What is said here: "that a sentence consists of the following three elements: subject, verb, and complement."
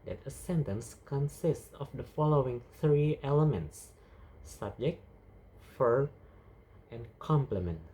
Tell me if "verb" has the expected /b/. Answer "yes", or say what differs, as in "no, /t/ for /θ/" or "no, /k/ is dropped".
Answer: no, /b/ is dropped